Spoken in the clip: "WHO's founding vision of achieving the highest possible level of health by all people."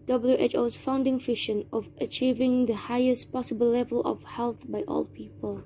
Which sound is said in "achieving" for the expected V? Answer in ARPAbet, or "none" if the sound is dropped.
V